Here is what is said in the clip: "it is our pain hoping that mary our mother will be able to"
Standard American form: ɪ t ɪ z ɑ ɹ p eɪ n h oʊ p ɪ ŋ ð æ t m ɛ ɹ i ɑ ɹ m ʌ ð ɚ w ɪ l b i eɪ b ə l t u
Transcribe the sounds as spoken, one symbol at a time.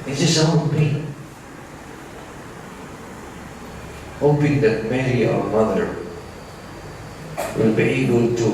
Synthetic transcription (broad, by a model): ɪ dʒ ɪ s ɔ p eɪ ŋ h oʊ p ɪ ŋ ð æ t m ɛ ɹ i ɑ ɹ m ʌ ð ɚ w ɪ l b i eɪ b ə l t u